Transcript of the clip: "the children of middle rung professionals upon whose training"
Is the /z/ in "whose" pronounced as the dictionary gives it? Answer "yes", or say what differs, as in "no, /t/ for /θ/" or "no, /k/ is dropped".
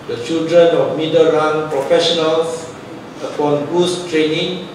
no, /s/ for /z/